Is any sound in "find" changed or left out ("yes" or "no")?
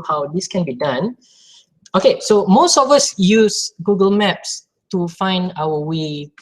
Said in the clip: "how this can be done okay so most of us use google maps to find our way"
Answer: no